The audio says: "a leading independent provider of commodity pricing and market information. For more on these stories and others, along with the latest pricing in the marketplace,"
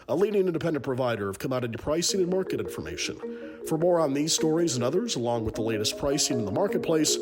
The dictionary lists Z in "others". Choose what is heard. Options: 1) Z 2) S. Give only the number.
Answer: 1